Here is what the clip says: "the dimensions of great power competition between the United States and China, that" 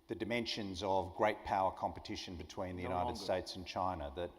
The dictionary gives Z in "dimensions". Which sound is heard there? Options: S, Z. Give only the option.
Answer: Z